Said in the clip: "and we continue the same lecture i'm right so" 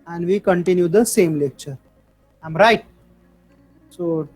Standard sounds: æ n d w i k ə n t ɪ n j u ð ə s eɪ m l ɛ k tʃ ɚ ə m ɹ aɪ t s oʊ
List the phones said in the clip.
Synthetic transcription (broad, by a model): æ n d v i k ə n t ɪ n j u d ə s eɪ m l ɛ k tʃ ɚ ə m ɹ aɪ t s oʊ